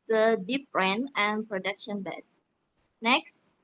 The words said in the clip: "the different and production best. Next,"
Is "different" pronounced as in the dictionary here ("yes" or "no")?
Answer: no